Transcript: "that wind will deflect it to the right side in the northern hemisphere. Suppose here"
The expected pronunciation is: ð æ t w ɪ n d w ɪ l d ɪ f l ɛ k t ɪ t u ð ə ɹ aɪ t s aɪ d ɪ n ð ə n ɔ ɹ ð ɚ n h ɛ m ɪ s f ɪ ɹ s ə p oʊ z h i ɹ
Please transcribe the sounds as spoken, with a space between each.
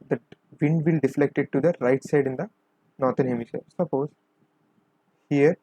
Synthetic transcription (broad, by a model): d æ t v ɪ n d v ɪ l d ɪ f l ɛ k t ɪ t u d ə ɹ aɪ t s aɪ d ɪ n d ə n ɔ ɹ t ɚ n h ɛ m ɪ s ɛ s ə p oʊ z h i ɹ